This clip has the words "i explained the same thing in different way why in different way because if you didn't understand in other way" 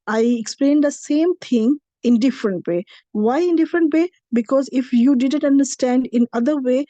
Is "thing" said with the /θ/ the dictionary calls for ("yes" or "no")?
no